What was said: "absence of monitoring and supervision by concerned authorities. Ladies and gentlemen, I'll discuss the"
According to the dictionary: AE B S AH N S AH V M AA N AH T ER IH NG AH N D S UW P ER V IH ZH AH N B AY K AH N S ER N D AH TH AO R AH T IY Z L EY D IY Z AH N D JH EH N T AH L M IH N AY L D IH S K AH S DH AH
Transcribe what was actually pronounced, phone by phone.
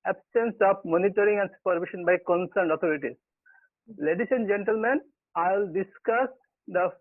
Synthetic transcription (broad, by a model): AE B S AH N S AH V M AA N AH T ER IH NG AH N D S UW P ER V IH SH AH N B AY K AH N S ER N D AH T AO R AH T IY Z L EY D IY S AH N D JH EH N T AH L M IH N AY L D IH S K AH S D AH